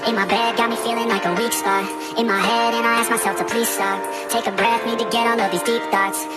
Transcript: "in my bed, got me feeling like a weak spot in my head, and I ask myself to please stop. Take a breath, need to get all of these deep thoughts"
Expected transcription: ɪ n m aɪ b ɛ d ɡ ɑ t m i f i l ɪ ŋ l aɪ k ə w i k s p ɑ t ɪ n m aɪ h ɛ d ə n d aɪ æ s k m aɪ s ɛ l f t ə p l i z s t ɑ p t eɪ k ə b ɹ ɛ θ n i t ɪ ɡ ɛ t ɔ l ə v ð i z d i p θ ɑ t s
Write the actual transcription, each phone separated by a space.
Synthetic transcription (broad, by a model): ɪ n m aɪ b ɛ d ɡ ɑ t m i f i l ɪ ŋ l aɪ k ə w i k s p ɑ ɪ n m aɪ h ɛ d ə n aɪ æ s k m aɪ s ɛ l f t ə p l i z s t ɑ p t eɪ k ə b ɹ ɛ θ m i t ɪ ɡ ɛ t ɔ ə ð i z d i p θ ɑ t s